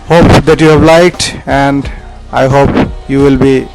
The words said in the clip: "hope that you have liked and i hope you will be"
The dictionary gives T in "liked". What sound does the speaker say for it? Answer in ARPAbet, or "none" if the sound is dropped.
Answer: T